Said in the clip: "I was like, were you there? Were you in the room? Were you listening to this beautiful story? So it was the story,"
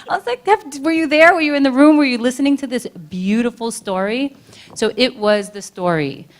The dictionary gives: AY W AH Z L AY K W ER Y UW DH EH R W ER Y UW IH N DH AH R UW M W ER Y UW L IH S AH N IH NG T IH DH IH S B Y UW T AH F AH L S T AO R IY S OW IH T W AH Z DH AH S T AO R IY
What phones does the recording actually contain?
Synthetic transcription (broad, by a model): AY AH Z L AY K W ER Y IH DH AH R W ER Y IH IH N DH AH R UW M W ER Y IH L IH S AH N IH NG T IH DH IH S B Y UW T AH F L S T AO R IY S OW IH T W AH Z DH AH S T AO R IY